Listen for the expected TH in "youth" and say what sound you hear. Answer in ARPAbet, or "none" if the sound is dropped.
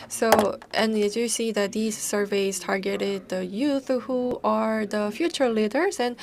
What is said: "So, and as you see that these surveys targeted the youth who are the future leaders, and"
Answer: TH